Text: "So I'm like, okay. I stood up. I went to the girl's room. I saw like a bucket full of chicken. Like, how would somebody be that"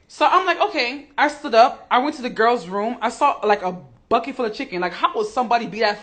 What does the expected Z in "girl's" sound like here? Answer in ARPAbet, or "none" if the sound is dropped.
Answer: Z